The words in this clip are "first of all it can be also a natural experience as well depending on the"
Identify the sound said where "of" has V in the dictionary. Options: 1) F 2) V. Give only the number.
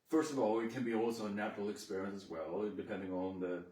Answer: 2